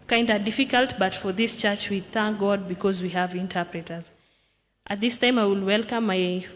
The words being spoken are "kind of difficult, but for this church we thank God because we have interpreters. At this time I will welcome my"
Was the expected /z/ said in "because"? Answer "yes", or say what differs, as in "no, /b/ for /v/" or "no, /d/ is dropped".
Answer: yes